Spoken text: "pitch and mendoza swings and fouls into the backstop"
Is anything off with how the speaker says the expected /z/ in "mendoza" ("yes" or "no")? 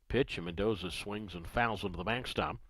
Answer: no